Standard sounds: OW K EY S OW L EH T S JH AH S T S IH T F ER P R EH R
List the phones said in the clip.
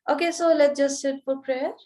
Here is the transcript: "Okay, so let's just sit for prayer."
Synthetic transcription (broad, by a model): OW K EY S OW L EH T JH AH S S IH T P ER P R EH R